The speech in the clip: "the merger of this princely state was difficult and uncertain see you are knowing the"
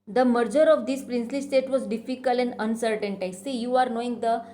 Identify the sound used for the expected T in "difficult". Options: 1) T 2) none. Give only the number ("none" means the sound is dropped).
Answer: 2